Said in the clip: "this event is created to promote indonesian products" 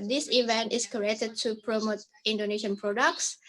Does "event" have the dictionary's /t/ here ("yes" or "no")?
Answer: yes